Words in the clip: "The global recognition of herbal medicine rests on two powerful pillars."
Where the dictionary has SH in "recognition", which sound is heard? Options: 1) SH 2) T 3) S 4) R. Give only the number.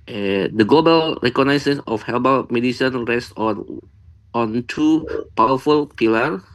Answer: 3